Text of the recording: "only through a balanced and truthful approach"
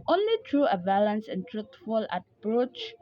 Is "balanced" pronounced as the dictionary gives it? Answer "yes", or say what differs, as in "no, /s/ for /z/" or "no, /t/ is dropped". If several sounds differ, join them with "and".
no, /t/ is dropped